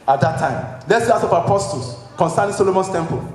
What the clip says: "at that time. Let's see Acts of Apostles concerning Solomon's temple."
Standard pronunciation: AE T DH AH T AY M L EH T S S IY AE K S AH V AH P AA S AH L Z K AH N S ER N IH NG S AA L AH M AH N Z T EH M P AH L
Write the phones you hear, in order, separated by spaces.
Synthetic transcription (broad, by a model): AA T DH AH T AY M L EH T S S IY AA S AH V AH P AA S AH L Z K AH N S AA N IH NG S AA L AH M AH N S T EH M P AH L